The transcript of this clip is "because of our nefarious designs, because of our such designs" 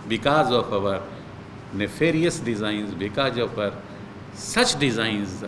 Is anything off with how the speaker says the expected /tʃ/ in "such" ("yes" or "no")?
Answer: no